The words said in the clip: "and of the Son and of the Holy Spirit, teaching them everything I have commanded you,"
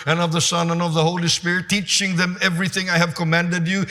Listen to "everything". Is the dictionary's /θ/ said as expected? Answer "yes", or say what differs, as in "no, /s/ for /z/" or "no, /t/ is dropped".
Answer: yes